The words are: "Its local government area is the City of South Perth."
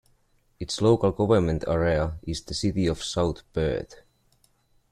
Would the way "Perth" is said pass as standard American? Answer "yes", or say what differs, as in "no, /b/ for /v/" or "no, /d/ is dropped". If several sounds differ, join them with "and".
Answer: no, /b/ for /p/